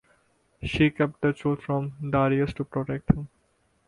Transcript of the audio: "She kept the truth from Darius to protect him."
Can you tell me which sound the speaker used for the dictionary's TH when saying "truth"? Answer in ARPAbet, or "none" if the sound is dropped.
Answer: T